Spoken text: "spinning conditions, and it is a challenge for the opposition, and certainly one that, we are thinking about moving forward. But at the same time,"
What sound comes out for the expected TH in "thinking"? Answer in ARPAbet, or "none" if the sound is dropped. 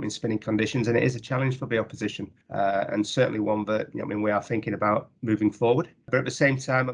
TH